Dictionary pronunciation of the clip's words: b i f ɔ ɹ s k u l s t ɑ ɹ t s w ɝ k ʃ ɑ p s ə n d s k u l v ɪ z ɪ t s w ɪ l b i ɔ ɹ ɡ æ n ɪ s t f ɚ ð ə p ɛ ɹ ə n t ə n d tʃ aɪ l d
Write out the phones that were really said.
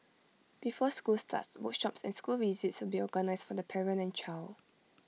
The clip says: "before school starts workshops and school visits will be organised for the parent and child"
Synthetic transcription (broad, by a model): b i f ɔ s k u l s t ɑ t s w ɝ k ʃ ɑ p s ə n s k u l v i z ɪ t s w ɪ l b i ɔ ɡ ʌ n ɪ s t f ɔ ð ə p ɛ ɹ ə n ə n tʃ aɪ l